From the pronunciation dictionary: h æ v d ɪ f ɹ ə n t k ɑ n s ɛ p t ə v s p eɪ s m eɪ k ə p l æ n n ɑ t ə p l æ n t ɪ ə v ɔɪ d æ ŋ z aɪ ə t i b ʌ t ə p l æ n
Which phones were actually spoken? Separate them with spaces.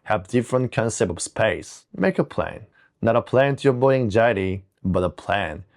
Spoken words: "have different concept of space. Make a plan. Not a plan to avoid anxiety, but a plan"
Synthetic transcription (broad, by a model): h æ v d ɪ f ɹ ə n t k ɑ n s ɛ p t ə v s p eɪ s m eɪ k ə p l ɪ n n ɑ t ə p l æ n t ɪ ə b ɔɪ æ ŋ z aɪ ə t i b ʌ t ə p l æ n